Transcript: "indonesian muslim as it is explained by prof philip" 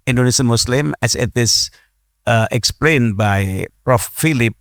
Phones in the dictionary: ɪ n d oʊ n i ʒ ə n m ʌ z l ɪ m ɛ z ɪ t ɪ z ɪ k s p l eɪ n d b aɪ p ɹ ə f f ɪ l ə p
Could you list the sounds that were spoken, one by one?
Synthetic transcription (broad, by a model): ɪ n d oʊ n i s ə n m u s l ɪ m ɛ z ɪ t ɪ s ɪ k s p l eɪ n b aɪ p ɹ ə f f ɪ l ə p